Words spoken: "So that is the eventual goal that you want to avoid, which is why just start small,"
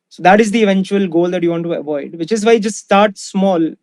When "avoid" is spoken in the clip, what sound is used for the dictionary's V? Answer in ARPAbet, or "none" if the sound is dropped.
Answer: V